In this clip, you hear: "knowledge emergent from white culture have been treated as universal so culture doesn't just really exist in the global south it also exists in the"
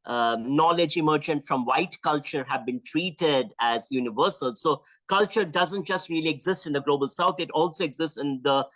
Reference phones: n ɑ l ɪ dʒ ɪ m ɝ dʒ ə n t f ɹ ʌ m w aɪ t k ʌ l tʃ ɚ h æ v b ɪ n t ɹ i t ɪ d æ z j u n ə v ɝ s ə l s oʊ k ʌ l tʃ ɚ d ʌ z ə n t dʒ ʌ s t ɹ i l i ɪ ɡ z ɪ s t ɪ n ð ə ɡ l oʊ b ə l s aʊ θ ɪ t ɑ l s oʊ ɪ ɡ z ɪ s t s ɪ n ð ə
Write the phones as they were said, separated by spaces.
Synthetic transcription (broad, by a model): n ɑ l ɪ dʒ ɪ m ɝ dʒ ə n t f ɹ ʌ m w aɪ t k ʌ l tʃ ɚ h æ v b ɪ n t ɹ i t ɪ d æ z j u n ə v ɝ s ə l s oʊ k ʌ l tʃ ɚ d ʌ z ə n t dʒ ʌ s t ɹ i l i ɪ ɡ z ɪ s t ɪ n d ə ɡ l oʊ b ə l s aʊ t ɪ t ɑ l s oʊ ɪ ɡ z ɪ s t s ɪ n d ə